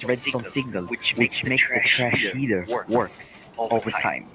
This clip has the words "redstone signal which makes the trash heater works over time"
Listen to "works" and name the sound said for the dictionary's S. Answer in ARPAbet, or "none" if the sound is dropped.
none